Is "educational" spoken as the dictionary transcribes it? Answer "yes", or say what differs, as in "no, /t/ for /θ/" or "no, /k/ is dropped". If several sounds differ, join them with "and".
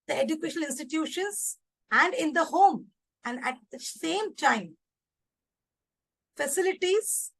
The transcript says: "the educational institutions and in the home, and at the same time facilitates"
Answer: no, /n/ is dropped